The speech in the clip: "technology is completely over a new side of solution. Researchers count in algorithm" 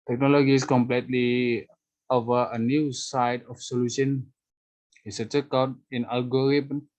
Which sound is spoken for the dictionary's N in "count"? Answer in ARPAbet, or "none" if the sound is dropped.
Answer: none